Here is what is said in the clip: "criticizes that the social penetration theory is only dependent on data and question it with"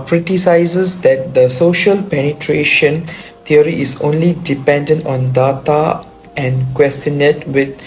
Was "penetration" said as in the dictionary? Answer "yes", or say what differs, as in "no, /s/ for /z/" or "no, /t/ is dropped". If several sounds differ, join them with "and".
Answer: yes